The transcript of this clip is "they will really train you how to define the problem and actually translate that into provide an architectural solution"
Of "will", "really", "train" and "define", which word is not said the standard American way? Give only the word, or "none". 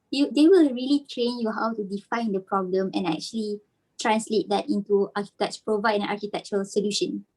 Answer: none